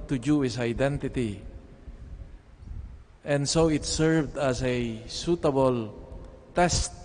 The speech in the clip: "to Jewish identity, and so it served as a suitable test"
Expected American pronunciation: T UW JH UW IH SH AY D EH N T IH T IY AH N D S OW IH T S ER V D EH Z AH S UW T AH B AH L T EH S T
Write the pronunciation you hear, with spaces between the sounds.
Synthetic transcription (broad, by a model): T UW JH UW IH S AY D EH N T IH T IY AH N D S OW IH T S ER V D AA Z AH S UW T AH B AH L T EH S T